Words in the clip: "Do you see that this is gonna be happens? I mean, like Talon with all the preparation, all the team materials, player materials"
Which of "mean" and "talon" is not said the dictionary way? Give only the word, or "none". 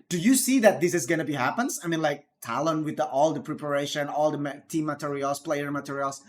none